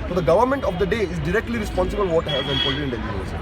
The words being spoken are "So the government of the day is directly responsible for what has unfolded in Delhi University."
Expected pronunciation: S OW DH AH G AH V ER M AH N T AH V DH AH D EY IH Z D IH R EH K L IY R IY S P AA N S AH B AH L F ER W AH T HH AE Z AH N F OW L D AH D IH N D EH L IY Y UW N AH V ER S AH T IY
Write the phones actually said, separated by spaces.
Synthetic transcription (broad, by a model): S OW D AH G AH V ER M AH N T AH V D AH D EY IH Z D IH R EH K L IY R IY S P AA N S AH B AH L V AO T HH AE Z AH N P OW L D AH IH N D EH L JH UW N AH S